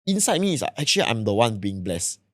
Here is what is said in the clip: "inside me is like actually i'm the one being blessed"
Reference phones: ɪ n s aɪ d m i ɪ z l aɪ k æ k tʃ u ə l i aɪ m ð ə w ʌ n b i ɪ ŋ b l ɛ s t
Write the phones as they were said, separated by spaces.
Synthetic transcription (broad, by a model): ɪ n s aɪ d m i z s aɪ ɛ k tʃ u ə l i aɪ m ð ə w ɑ n b i ɪ ŋ b l ɛ s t